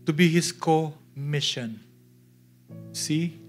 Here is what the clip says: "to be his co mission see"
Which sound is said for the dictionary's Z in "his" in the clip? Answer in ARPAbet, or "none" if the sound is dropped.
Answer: S